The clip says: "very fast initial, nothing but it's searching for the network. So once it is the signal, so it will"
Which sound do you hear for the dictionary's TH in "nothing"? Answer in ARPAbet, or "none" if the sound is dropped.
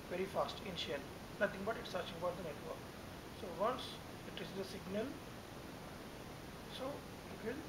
T